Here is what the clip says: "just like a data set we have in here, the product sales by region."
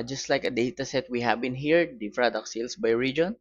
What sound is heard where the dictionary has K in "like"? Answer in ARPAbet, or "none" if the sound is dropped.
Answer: K